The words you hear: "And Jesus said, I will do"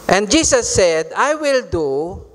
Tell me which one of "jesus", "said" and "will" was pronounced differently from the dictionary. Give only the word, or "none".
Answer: jesus